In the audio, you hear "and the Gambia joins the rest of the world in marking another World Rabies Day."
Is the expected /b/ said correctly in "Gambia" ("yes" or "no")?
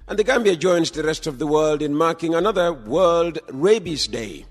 yes